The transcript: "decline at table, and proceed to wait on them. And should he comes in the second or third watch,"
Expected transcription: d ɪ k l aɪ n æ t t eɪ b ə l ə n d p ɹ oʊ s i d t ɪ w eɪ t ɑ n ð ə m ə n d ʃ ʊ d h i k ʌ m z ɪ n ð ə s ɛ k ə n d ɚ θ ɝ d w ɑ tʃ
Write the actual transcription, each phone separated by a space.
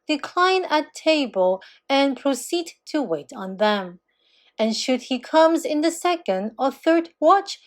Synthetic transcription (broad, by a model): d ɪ k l aɪ n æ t t eɪ b ə l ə n p ɹ oʊ s i d t ɪ w eɪ t n ð ə m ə n ʃ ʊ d h i k ʌ m z ɪ n ð ə s ɛ k ə n d ɚ θ ɝ d w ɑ tʃ